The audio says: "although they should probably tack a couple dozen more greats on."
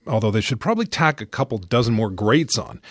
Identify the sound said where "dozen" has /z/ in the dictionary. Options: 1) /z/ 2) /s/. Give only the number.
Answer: 1